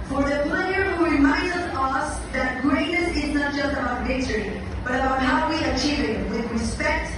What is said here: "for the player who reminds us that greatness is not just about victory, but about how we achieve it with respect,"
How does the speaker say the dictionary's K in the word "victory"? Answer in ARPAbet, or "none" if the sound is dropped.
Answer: none